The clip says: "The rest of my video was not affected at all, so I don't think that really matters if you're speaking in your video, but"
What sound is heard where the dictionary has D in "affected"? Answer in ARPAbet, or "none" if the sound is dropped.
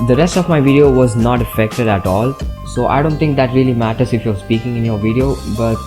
D